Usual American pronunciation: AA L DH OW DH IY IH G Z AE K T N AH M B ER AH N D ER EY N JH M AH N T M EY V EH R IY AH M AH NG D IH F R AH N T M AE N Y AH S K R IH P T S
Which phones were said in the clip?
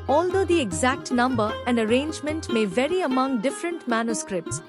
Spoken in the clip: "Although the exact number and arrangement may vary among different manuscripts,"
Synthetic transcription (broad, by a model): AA L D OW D IY IH G Z AE K T N AH M B ER AH N D ER EY N JH M AH N T M EY V EH R IY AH M AH NG D IH F R AH N T M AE N Y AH S K R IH P T S